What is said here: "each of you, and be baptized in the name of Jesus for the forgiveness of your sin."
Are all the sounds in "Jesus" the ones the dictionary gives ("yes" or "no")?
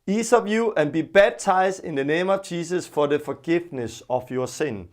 no